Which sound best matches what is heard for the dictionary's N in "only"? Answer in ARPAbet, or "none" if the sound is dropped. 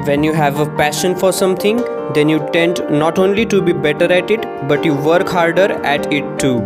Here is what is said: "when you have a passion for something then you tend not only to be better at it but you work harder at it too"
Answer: N